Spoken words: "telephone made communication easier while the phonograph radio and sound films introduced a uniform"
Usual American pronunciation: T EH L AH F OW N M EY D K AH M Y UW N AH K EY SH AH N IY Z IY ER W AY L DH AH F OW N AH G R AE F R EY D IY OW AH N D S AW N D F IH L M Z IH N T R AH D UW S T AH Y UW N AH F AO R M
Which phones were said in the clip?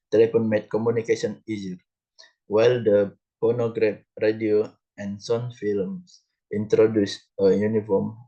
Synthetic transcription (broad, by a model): T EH L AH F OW N M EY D K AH M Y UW N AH K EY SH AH N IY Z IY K W AY L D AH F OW N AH G R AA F R EY D IY OW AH N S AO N F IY L M S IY N T R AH D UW S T AH Y UW N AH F AO M